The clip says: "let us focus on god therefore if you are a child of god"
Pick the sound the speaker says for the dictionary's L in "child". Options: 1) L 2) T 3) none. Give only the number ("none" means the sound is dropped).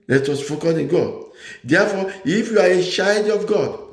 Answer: 3